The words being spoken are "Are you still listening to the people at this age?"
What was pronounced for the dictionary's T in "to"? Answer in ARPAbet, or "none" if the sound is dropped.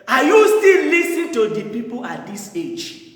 T